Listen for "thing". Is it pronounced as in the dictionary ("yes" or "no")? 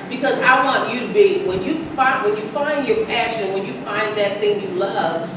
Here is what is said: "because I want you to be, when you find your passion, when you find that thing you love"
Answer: yes